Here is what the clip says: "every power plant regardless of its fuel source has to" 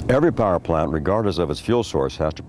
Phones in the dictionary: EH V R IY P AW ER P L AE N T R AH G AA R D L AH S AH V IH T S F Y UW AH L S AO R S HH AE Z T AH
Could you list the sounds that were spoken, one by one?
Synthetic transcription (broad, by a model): EH V R IY P AW ER P L AE N T R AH G AA R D AH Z AH V IH T S F Y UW L S AO R S HH AE Z T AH